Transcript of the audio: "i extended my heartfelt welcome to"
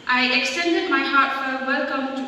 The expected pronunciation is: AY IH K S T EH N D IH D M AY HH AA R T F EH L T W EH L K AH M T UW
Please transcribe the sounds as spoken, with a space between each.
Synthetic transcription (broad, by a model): AY IH K S T EH N D IH D M AY HH AA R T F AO T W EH L K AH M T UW